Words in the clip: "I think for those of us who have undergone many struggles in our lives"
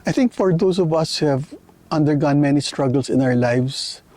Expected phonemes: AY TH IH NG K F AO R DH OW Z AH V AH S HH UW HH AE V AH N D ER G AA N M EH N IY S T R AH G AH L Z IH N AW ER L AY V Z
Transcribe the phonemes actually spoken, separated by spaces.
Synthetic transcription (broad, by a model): AY TH IH NG K F AO R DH OW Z AH V AH S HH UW HH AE V AH N D ER G AA N M EH N IY S T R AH G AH L S IH N AW ER L AY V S